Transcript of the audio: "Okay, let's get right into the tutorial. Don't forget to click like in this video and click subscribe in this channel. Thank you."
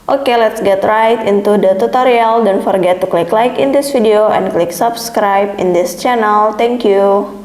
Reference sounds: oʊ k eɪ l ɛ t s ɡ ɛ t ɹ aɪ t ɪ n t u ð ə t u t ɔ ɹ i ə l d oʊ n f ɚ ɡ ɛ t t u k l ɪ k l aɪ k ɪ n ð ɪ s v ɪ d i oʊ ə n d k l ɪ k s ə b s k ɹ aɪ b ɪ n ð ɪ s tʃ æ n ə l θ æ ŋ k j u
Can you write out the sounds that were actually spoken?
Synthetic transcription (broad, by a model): oʊ k eɪ l ɛ t s ɡ ɛ t ɹ aɪ t ɪ n t u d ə t u t ɔ ɹ i ə l d oʊ n f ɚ ɡ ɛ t t u k l ɪ k l aɪ k ɪ n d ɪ s f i d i oʊ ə n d k l ɪ k s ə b s k ɹ aɪ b ɪ n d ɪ s tʃ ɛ n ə l t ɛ ŋ k j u